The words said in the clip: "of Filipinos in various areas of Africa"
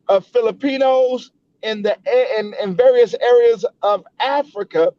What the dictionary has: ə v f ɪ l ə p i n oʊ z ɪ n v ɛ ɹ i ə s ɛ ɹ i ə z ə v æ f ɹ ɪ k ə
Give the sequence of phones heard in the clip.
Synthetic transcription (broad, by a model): ə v f ɪ l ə p i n oʊ z ɪ n v ɛ ɹ i ə s ɛ ɹ i ə z ə v æ f ɹ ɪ k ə